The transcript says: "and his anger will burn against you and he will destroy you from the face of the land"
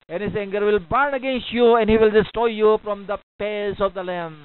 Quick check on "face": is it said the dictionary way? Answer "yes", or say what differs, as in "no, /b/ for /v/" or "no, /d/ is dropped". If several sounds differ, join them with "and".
no, /p/ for /f/